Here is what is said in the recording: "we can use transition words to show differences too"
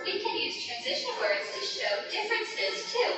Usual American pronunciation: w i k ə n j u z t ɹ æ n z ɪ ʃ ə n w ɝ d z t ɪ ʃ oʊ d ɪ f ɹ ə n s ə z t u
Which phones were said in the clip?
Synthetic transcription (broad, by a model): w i k ə n j u z t ɹ æ n z ɪ ʃ ə n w ɝ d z t ɪ ʃ oʊ d ɪ f ɹ ə n s ə z t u